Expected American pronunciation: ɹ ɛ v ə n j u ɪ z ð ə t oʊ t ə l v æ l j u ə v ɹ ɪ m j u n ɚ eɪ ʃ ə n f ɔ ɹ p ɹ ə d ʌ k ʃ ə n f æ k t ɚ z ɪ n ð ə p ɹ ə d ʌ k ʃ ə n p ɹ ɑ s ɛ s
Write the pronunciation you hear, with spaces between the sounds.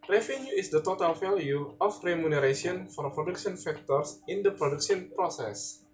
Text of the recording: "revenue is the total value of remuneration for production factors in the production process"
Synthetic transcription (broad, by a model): ɹ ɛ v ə n j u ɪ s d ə t oʊ t ə l f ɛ l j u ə f ɹ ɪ m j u n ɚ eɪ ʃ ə n f ɔ ɹ p ɹ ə d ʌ k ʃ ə n f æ k t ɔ s ɪ n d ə p ɹ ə d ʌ k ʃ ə n p ɹ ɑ s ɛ s